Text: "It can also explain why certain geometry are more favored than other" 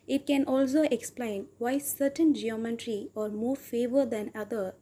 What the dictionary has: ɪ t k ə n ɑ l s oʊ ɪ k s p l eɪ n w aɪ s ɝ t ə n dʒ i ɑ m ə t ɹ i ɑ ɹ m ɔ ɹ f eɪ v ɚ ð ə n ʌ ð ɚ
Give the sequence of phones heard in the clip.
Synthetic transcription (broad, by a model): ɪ t k ə n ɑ l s oʊ ɪ k s p l eɪ n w aɪ s ɝ t ə n dʒ i ɑ m ə t ɹ i ɑ ɹ m ɔ ɹ f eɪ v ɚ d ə n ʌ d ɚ